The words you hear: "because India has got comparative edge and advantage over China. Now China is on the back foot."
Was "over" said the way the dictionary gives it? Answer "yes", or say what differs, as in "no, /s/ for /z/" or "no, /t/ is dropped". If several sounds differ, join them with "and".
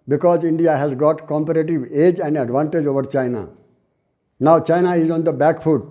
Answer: yes